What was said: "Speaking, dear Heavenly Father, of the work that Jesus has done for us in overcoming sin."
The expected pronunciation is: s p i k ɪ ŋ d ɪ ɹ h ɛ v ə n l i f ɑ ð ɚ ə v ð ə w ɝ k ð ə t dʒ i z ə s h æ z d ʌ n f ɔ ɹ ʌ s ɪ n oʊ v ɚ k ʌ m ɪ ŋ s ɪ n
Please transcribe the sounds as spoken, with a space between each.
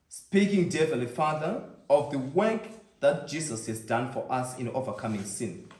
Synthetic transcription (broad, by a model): s p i k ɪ ŋ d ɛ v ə l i f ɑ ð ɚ ə v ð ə w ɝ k ð ə t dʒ i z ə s h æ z d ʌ n f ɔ ɹ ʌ s ɪ n oʊ v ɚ k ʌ m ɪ ŋ s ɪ n